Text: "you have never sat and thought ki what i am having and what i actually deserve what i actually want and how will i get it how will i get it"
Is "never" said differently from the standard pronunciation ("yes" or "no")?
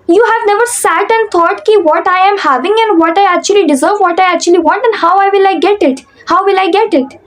no